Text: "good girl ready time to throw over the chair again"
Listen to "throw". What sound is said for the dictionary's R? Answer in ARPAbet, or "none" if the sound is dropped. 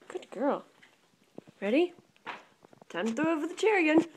none